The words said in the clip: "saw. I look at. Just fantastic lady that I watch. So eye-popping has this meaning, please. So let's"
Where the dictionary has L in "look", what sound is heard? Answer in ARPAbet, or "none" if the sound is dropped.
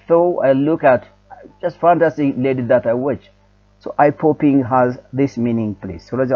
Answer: L